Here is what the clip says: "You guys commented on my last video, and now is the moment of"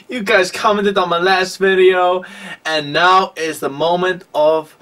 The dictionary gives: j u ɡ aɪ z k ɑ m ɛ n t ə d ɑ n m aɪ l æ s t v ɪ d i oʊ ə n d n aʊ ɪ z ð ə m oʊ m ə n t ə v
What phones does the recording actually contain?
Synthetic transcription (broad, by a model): j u ɡ aɪ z k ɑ m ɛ n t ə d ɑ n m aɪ l æ s t v ɪ d i oʊ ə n n aʊ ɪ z ð ə m oʊ m ə n t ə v